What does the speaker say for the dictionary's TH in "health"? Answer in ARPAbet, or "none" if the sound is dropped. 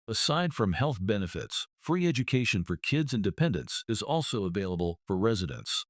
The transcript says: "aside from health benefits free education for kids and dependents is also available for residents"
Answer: TH